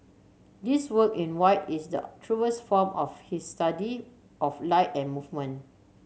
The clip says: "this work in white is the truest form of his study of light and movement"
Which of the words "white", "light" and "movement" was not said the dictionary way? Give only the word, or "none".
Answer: movement